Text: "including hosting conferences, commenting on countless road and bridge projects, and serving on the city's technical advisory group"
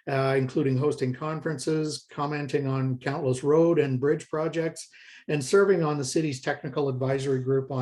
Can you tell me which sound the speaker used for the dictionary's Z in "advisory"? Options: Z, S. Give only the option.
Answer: Z